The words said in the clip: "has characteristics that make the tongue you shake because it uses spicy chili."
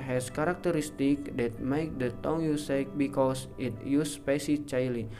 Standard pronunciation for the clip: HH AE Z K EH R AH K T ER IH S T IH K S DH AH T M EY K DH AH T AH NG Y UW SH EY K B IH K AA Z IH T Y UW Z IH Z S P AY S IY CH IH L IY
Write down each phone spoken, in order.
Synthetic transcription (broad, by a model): HH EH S K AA R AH K T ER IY S T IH K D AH T M EY K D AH T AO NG Y UW S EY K B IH K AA S IH T Y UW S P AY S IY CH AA L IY